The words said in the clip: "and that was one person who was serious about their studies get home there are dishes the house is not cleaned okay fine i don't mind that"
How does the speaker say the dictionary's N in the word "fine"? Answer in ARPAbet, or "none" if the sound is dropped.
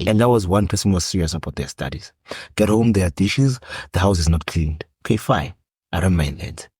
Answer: none